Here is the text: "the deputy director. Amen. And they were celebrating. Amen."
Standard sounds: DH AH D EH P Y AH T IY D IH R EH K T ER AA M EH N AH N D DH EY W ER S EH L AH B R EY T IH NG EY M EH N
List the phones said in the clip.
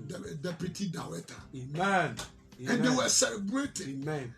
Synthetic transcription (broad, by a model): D D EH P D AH T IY D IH W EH T AA M EH N AH N D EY W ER S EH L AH B R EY T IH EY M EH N